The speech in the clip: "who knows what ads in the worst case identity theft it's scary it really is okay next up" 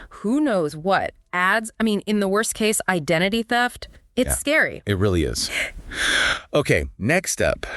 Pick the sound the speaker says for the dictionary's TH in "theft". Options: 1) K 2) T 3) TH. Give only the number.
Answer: 3